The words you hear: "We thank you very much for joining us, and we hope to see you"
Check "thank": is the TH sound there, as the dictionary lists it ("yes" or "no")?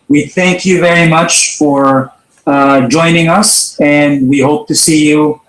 yes